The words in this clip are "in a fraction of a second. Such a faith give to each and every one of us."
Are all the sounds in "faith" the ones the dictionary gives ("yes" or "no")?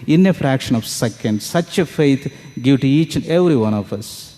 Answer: no